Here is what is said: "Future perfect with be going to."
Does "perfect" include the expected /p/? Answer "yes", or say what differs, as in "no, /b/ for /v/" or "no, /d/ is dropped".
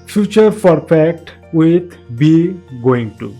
no, /f/ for /p/